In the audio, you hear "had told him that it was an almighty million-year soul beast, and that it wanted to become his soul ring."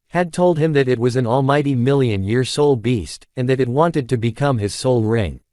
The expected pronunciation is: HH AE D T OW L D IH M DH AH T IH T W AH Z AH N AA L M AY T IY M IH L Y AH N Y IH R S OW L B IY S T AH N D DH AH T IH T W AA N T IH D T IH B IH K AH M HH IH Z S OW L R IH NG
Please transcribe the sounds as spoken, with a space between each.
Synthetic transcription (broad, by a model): HH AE D T OW L D IH M DH AH T IH T W AH Z N AA L M AY T IY M IH L Y AH N Y IH R S OW L B IY S T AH N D DH AH T IH T W AA N T IH D T IH B IH K AH M IH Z S OW L R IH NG